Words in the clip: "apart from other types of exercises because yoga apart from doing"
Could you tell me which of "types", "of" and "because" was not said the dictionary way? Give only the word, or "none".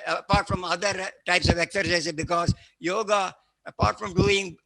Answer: none